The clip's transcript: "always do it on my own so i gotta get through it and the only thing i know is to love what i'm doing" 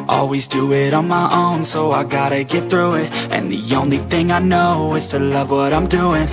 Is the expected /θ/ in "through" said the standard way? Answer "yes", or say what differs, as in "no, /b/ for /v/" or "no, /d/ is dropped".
yes